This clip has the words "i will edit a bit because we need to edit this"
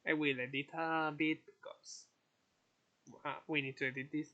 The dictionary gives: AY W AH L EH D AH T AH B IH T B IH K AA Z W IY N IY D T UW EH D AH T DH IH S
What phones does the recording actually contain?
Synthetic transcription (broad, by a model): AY W AH L EH D AH T AH B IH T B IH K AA S W IY N IY D T UW EH D AH T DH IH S